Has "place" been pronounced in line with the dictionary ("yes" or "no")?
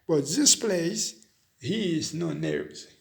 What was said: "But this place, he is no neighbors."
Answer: yes